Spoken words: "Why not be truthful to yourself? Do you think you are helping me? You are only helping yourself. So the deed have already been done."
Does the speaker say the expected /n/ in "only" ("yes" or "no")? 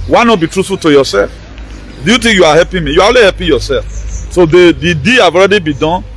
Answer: no